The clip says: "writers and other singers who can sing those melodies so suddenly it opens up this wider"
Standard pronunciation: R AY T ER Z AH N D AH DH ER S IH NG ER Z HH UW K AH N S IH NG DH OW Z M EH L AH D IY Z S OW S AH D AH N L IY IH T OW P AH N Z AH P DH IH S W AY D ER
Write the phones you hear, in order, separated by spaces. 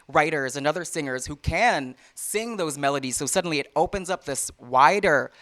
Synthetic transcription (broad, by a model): R AY T ER Z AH N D AH DH ER S IH NG ER Z HH UW K AH N S IH NG DH OW Z M EH L AH D IY Z S OW S AH D N L IY IH T OW P AH N Z AH P DH IH S W AY D ER